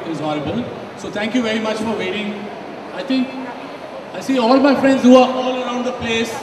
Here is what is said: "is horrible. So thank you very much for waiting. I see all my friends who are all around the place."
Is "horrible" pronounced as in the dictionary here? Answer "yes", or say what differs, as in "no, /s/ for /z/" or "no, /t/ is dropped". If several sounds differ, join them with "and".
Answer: no, /n/ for /l/